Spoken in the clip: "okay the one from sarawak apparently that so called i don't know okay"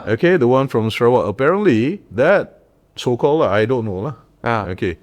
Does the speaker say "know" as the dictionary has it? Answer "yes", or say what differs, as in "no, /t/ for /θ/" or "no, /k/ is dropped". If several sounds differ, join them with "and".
no, /l/ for /n/